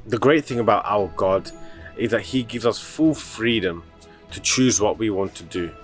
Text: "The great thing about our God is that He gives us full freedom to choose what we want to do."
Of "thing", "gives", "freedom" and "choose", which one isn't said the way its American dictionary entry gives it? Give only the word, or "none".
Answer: none